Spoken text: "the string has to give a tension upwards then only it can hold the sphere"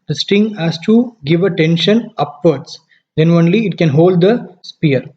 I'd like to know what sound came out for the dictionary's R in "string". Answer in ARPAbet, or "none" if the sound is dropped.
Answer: none